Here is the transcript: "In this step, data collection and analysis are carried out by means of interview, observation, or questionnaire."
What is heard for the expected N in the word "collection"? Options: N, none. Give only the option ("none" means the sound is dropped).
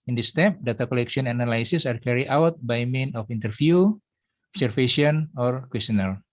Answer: none